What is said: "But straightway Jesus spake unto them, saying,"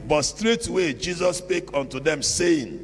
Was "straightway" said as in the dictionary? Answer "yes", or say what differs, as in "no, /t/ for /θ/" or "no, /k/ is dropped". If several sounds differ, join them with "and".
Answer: yes